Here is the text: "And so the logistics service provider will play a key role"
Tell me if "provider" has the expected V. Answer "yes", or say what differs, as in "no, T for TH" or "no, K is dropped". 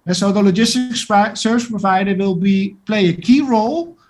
yes